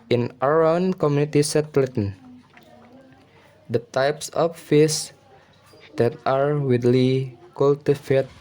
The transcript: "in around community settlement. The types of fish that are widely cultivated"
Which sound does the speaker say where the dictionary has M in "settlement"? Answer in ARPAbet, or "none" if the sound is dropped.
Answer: none